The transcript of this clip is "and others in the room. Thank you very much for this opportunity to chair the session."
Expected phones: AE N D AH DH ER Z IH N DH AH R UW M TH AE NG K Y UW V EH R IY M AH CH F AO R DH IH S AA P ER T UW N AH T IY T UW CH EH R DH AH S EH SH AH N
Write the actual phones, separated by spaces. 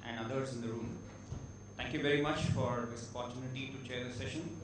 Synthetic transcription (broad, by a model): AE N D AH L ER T IH N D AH R UW M T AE NG K Y UW V EH R IY M AH CH F AO R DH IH S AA P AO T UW N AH T IY T UW CH EH R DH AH S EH SH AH N